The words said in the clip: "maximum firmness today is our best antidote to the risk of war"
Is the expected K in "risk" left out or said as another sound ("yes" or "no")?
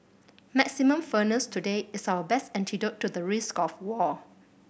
no